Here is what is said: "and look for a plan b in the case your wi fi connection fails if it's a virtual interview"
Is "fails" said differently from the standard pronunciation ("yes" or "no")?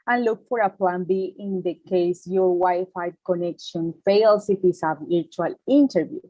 yes